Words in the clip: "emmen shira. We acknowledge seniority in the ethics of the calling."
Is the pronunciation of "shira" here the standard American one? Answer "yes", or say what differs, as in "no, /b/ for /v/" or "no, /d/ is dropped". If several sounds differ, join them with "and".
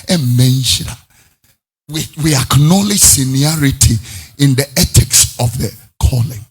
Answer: no, /w/ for /ɹ/